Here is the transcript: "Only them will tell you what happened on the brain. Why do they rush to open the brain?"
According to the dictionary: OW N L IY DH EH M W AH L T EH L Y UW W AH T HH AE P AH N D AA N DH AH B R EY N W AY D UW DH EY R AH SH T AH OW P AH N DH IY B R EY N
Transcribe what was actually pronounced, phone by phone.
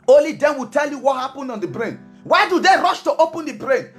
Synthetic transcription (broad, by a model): OW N L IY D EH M W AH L T EH L Y UW W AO T HH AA P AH N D AA N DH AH B R EY N W AY D UW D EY R AH SH T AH OW P AH N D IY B R EY N